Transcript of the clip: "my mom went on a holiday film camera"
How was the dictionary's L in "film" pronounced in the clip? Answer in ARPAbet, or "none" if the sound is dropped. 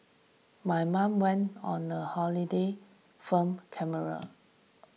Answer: none